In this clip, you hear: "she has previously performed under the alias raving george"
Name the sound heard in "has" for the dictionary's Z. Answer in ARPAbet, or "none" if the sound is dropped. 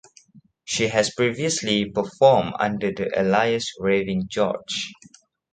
S